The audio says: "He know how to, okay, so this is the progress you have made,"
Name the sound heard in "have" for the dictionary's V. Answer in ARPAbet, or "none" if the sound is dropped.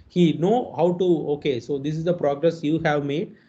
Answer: V